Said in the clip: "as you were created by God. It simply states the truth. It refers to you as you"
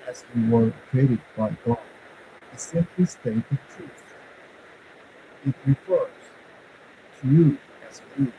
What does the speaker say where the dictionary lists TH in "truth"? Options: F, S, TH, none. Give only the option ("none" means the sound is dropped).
S